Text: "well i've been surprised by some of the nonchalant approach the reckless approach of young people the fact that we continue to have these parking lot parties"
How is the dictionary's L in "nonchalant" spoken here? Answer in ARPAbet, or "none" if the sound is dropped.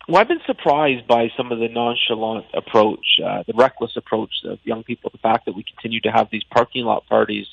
L